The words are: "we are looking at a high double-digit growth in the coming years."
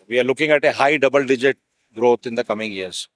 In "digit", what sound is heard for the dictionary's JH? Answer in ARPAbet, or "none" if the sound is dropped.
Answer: JH